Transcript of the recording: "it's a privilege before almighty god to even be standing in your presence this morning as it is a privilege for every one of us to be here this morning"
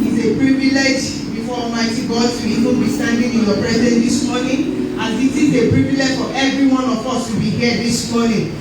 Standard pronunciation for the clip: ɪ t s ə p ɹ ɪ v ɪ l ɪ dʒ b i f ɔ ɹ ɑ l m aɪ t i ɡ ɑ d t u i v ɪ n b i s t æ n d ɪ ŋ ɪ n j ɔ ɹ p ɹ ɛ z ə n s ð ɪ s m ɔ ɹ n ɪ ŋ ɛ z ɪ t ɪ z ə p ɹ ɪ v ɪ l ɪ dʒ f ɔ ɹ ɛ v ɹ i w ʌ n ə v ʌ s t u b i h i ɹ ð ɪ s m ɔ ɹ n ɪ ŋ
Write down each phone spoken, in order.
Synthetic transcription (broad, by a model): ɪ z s ə p ɹ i v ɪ l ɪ dʒ b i f ɔ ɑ m aɪ t i ɡ ɑ d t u i v ɪ n b i s t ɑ n d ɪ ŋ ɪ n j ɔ p ɹ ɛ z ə n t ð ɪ s m ɔ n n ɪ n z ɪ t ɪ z ə p ɹ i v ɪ l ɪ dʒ f ɔ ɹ ɛ v ɹ i w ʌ n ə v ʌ s t u b i h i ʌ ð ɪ s m ɔ n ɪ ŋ